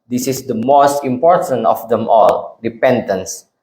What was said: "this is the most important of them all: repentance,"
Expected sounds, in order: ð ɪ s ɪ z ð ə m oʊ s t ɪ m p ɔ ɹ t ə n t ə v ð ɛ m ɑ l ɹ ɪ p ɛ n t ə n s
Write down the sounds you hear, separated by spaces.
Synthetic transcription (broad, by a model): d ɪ s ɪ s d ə m oʊ s t ɪ m p ɔ ɹ t ə n t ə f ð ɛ m ɑ l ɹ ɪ p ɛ n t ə n s